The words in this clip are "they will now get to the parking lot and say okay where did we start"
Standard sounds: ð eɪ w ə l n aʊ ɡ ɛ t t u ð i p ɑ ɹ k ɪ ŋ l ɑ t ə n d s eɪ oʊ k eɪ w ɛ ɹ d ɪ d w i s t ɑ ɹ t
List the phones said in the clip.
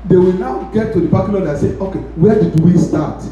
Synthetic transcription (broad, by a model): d eɪ w ə l n aʊ ɡ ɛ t t u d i b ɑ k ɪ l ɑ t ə s eɪ oʊ k eɪ w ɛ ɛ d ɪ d w i s t ɑ t